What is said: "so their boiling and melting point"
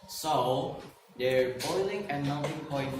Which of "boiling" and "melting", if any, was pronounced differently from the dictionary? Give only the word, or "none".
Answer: melting